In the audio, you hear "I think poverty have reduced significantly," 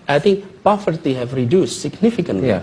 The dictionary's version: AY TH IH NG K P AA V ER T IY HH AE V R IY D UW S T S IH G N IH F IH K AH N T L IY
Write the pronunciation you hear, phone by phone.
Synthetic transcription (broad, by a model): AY TH IH NG K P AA F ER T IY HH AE V R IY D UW S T S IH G N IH F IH K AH N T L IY